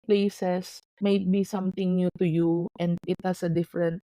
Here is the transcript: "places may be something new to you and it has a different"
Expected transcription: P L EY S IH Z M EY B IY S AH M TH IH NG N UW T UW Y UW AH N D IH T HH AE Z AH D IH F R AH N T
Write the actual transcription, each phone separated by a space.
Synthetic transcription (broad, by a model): P L EY S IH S M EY B IY S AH M T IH NG N UW T UW Y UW AH N D IH T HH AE S AH D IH F R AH N T